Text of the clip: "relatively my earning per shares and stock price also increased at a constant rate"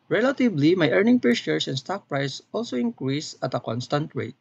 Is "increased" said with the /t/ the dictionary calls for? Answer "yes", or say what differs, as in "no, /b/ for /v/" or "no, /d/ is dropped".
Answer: no, /t/ is dropped